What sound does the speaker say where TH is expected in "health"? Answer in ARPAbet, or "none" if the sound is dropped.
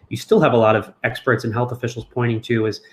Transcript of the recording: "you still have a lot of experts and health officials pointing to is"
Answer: TH